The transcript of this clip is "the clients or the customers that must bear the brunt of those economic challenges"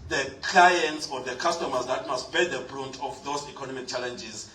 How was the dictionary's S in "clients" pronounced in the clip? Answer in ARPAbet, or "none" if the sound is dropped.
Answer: S